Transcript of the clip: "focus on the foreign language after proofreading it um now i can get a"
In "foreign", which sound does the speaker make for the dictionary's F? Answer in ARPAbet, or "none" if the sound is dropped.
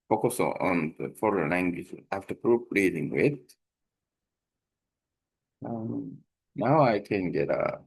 F